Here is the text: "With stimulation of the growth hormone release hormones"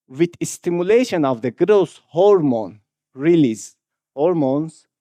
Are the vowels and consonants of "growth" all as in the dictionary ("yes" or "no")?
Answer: no